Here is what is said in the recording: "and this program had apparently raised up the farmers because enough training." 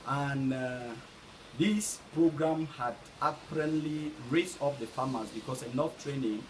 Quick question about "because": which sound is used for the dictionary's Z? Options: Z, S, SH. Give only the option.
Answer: S